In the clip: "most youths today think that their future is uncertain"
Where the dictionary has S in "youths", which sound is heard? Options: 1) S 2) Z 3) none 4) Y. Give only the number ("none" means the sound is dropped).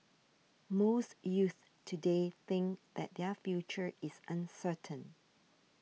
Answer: 3